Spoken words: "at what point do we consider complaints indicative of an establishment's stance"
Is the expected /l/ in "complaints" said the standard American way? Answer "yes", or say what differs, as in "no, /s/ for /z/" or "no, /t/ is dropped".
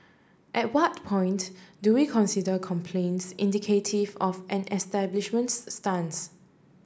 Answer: yes